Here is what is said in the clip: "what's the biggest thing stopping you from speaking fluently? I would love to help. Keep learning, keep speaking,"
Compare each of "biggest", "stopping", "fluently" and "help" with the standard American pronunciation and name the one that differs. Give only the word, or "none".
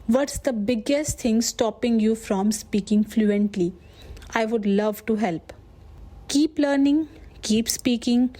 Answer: none